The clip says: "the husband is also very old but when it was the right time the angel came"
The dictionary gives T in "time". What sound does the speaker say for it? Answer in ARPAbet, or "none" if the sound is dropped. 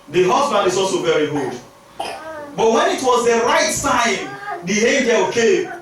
S